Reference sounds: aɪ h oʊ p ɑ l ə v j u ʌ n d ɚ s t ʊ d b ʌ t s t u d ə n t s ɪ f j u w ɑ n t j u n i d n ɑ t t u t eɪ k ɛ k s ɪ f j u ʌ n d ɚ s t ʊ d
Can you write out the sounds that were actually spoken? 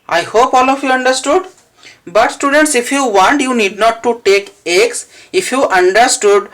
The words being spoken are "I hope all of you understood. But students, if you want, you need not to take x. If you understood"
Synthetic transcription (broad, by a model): aɪ h oʊ p ɑ l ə f j u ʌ n d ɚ s t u d b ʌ t s t u d ə n t s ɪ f j u w ɑ n t j u n i d n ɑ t t u t eɪ k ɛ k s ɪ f j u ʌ n d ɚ s t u d